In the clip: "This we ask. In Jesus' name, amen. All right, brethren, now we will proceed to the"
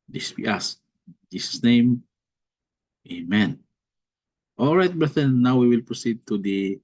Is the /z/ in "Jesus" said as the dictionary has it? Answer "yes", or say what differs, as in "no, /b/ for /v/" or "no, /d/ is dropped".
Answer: no, /s/ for /z/